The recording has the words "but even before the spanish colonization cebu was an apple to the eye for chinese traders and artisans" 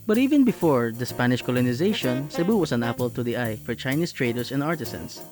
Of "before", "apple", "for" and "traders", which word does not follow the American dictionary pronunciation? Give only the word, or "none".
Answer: traders